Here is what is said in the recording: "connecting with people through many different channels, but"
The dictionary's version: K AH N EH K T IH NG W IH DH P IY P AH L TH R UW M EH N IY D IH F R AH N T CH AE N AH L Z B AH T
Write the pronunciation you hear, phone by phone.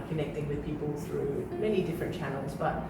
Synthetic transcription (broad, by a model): K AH N EH K T IH NG W IH DH P IY P AH L TH R UW M EH N IY D IH F R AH N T CH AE N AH L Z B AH T